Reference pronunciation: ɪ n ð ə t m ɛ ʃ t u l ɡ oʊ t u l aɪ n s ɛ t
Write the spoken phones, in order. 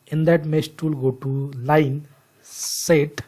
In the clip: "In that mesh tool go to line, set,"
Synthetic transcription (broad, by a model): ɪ n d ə t m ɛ s t u l ɡ oʊ t u l aɪ n s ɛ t